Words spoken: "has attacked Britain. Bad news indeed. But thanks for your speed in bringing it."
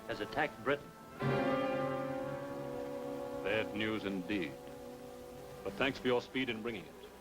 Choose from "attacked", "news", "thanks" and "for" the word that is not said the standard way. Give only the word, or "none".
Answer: none